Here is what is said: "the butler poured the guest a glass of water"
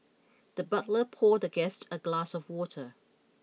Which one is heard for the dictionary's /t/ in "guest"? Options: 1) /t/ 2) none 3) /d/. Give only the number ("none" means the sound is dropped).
1